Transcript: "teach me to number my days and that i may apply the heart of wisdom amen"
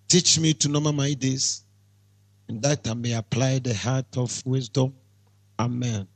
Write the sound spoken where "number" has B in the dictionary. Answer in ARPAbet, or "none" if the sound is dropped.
none